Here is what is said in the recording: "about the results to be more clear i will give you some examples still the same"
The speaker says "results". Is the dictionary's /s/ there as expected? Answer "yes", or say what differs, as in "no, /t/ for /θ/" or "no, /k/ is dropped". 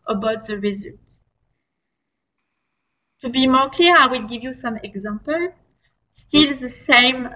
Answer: no, /s/ is dropped